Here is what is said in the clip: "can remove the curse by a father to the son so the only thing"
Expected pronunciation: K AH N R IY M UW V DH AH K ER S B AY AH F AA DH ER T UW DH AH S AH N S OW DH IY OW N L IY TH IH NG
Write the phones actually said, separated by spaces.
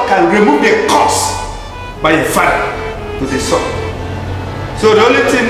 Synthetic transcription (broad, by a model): K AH N R IY M UW V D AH K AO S B AY AH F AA ER T UW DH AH S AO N S OW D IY OW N L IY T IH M